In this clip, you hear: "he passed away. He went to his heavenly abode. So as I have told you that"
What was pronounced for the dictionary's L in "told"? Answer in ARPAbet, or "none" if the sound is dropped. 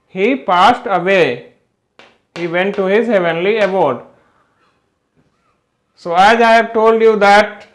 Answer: L